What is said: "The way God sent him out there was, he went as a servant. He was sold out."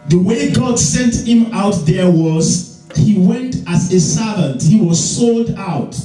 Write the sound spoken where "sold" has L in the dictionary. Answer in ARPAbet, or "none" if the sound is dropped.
L